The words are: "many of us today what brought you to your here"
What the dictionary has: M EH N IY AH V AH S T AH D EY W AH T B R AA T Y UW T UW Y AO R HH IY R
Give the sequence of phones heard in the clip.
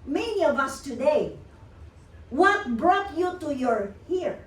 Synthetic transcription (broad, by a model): M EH N IY AH V AH S T AH D EY W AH T B R AA T Y UW T UW Y AO R HH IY R